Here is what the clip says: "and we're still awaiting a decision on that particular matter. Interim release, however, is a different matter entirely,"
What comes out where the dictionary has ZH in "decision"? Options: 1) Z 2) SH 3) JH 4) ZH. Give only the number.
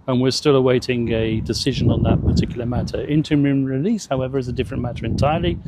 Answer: 4